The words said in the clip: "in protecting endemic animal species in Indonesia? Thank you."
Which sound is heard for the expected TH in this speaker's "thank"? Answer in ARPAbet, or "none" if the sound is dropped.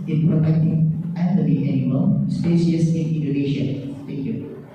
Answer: T